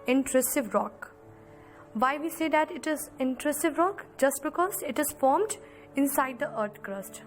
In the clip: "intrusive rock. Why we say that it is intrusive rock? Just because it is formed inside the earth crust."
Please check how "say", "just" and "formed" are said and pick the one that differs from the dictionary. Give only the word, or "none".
none